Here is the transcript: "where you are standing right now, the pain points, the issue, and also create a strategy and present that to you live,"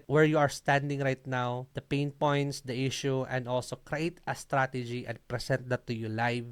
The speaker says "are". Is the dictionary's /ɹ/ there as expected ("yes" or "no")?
yes